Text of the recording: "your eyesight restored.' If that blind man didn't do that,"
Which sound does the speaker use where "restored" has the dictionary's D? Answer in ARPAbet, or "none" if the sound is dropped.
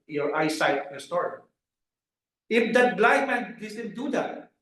none